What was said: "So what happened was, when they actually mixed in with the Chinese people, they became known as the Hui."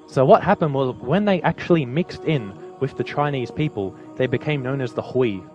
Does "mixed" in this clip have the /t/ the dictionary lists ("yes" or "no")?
yes